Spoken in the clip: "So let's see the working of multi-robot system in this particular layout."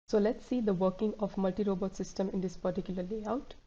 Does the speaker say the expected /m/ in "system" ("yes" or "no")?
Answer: yes